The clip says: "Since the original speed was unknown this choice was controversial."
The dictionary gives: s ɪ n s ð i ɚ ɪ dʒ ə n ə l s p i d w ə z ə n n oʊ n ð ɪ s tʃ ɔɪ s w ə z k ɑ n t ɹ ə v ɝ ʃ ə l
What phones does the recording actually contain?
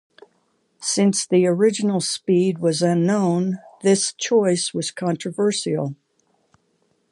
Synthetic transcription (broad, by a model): s ɪ n s ð i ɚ ɪ dʒ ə n l s p i d w ə z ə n n oʊ n ð ɪ s tʃ ɔɪ s w ə z k ɑ n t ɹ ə v ɝ s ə l